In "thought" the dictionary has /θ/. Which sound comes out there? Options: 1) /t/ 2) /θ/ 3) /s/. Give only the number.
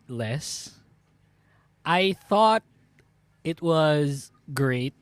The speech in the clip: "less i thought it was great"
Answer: 2